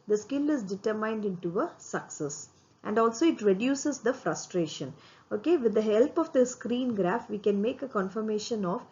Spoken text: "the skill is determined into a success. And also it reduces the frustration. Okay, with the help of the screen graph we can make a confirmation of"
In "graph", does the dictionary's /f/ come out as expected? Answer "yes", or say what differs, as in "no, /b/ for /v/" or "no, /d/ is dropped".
yes